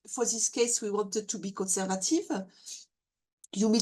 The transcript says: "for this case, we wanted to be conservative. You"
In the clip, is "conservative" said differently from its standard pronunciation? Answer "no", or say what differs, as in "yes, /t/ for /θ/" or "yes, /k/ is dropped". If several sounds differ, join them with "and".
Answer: no